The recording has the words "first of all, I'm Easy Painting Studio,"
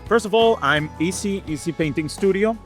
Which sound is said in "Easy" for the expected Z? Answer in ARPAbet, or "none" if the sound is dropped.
S